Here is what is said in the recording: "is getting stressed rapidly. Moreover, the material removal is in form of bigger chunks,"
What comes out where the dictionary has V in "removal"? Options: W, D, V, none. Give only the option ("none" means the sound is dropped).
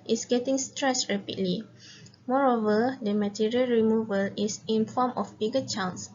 V